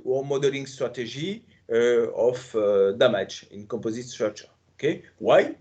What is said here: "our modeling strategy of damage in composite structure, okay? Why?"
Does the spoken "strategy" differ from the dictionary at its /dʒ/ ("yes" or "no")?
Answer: yes